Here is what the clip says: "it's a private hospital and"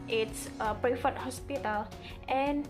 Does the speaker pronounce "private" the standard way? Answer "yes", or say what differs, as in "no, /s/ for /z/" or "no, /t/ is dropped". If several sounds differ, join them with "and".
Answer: no, /f/ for /v/